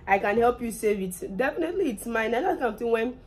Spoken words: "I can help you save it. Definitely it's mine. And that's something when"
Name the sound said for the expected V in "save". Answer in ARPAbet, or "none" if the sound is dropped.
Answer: V